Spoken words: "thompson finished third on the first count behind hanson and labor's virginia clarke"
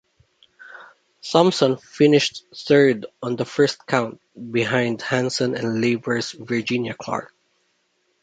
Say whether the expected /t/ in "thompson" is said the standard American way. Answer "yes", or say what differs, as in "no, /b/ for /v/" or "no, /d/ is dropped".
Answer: no, /s/ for /t/